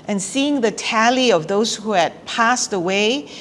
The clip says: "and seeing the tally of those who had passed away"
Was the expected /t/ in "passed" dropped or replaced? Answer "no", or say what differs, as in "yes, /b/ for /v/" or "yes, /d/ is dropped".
no